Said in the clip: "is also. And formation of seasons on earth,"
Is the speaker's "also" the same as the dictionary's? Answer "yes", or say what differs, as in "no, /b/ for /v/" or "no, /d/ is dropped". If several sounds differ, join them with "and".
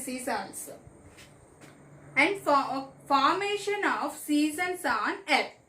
no, /n/ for /l/